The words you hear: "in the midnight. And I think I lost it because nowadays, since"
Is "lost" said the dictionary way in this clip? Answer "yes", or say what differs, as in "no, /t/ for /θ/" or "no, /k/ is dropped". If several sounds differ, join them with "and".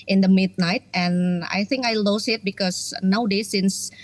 no, /t/ is dropped